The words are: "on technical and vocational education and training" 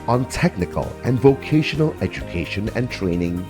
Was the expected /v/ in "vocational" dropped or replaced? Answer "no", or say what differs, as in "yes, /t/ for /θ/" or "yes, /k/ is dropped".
no